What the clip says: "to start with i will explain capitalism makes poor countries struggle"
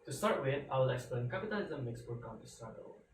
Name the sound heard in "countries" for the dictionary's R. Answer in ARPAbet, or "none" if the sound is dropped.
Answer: none